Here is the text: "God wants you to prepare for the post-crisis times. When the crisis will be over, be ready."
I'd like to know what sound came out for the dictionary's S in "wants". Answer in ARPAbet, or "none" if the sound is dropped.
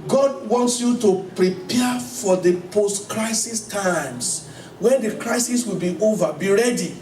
S